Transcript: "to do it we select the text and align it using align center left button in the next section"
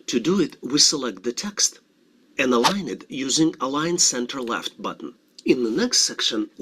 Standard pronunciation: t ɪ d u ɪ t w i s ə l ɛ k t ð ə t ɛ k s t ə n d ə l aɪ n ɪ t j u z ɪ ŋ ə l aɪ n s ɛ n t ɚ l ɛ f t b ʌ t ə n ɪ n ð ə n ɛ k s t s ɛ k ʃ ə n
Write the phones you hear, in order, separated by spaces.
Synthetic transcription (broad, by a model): t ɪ d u ɪ t w i s ə l ɛ k t ð ə t ɛ k s t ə n ə l aɪ n ɪ t j u z ɪ ŋ ə l aɪ n s ɛ n t ɚ l ɛ f t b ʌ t n ɪ n ð ə n ɛ k s t s ɛ k ʃ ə n